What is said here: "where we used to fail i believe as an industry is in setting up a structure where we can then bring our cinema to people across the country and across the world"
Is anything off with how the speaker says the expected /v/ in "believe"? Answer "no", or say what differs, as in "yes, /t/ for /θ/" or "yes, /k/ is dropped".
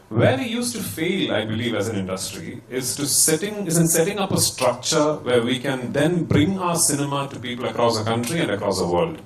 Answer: no